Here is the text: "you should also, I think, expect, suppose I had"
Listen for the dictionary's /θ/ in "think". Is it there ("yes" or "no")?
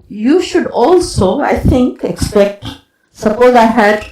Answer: no